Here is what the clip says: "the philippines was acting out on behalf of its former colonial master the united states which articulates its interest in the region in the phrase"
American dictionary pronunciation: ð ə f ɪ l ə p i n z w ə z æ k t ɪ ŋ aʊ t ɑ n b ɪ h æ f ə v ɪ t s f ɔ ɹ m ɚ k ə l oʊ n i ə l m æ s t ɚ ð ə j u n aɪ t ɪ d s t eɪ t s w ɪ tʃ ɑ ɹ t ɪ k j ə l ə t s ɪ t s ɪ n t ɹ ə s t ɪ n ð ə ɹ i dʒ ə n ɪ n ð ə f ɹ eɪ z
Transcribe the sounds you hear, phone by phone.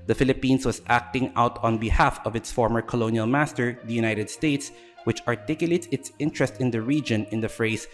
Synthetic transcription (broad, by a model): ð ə f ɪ l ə p i n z w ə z æ k t ɪ ŋ aʊ t ɑ n b ɪ h æ f ə v ɪ t s f ɔ ɹ m ɚ k ə l oʊ n i ə l m æ s t ɚ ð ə j u n aɪ t ɪ d s t eɪ t s w ɪ tʃ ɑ ɹ t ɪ k j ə l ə t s ɪ t s ɪ n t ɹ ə s t ɪ n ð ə ɹ i dʒ ə n ɪ n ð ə f ɹ eɪ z